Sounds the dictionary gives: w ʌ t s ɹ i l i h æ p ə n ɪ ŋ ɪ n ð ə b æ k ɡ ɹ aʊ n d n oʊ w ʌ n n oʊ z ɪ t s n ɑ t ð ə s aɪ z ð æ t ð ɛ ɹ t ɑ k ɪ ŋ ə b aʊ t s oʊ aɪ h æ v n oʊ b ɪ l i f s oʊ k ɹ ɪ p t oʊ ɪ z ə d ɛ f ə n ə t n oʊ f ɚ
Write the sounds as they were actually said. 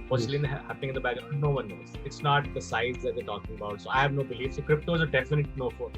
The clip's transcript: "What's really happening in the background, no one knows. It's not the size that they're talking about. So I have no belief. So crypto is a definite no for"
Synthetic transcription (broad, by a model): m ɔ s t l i n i h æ p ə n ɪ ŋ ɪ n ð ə b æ ɡ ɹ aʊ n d n oʊ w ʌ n n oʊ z ɪ t s n ɑ t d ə s aɪ z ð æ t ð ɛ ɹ t ɑ k ɪ ŋ ə b aʊ t s oʊ aɪ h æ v n oʊ b ɪ l i f s oʊ k ɹ ɪ p t oʊ ɪ z ə d ɛ f ə n ə t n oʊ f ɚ